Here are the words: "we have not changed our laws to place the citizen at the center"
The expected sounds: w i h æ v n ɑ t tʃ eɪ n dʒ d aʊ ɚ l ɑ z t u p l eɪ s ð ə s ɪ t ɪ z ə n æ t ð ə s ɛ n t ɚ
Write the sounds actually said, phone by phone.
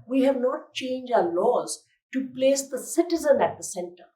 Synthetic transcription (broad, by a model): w i h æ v n ɑ t tʃ eɪ n dʒ aʊ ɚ l ɑ z t u p l eɪ s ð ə s ɪ t ɪ z ə n æ t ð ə s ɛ n t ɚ